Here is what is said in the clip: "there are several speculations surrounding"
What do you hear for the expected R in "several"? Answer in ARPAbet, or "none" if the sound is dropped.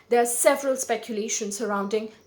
R